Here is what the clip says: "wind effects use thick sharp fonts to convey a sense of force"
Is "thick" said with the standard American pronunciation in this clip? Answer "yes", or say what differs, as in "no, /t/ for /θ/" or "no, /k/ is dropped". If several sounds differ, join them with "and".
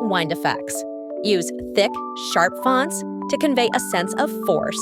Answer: yes